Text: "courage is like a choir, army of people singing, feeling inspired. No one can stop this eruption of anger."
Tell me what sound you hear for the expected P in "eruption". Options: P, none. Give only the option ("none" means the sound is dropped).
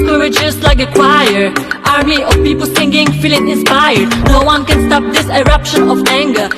P